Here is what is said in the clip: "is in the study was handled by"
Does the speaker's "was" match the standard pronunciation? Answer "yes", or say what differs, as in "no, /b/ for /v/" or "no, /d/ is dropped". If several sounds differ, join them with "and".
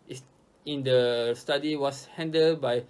no, /s/ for /z/